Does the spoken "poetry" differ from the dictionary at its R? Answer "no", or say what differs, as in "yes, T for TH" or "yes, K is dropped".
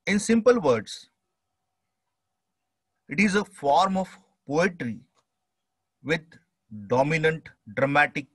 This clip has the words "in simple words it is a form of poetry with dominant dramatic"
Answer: no